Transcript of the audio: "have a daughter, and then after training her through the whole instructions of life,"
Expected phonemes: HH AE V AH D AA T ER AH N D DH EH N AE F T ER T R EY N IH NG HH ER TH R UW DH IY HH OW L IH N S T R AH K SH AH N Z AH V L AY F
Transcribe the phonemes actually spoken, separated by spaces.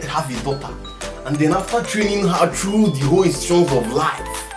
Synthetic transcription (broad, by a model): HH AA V AH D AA T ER AH N D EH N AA F T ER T R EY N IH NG HH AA T R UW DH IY HH OW L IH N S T UW SH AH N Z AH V L AY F